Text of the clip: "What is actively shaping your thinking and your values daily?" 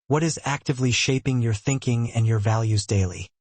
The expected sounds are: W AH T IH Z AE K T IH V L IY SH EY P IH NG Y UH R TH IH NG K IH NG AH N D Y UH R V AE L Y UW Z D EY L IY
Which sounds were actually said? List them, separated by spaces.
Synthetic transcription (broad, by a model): W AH T IH Z AE K T IH V L IY SH EY P IH NG Y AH R TH IH NG K IH NG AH N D Y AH R V AE L Y UW Z D EY L IY